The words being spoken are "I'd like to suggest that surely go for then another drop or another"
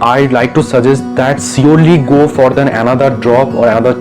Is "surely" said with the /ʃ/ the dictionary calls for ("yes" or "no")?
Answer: no